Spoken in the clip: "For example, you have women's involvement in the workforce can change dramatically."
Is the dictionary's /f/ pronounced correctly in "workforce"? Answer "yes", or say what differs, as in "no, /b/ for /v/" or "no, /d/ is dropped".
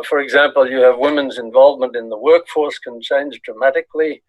yes